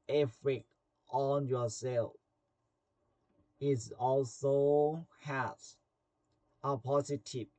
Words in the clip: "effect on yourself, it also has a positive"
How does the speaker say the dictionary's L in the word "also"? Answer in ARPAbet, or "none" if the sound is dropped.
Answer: L